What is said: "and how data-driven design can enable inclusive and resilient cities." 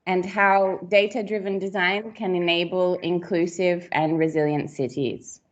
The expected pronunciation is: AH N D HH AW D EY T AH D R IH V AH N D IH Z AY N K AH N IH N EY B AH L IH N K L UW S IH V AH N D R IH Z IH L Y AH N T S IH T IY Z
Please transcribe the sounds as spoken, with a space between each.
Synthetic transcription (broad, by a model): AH N HH AW D EY T AH D R IH V AH N D IH Z AY N K AH N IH N EY B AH L IH N K L UW S IH V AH N R IH Z IH L Y AH N T S IH T IY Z